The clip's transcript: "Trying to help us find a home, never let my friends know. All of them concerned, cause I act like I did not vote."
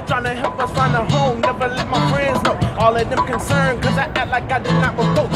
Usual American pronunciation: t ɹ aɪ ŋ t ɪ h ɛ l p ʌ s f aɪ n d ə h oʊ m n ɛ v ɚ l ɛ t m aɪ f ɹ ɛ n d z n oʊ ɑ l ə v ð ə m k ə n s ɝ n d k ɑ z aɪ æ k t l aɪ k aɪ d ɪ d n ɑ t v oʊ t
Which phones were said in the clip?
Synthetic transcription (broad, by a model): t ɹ aɪ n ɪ h ɛ l p ʌ s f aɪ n ə h oʊ m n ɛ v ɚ l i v m aɪ f ɹ ɛ n d z n oʊ ɑ l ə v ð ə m k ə n s ɝ n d k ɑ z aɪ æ t l aɪ k aɪ d ɪ d n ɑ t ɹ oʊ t